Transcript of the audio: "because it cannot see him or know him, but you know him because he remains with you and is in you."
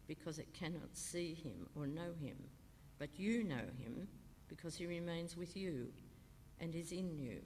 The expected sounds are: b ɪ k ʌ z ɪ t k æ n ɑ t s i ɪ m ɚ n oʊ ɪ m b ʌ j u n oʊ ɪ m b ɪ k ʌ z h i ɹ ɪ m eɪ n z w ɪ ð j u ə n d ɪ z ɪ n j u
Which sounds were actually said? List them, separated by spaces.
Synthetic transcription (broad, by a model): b ɪ k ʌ z ɪ t k æ n ɑ t s i ɪ m ɚ n oʊ ɪ m b ʌ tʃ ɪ n oʊ ɪ m b ɪ k ʌ z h i ɹ ɪ m eɪ n z w ɪ ð j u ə n ɪ z ɪ n j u